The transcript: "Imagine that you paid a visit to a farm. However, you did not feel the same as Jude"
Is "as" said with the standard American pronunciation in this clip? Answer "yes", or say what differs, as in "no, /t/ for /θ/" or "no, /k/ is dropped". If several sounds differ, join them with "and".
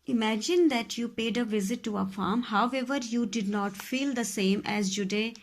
yes